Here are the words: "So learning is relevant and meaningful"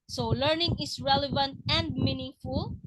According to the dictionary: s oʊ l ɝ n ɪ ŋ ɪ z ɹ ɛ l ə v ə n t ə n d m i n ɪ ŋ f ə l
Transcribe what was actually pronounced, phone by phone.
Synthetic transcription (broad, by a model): s oʊ l ɝ n ɪ ŋ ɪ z ɹ ɛ l ə v ə n t ə n d m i n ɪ ŋ f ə l